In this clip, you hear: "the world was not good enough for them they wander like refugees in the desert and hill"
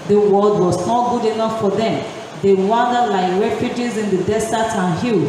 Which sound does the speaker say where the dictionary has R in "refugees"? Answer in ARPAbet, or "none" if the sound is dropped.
R